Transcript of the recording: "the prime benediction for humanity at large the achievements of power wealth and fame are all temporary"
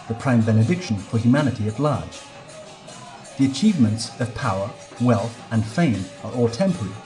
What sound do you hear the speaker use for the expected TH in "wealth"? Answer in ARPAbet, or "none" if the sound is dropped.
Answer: TH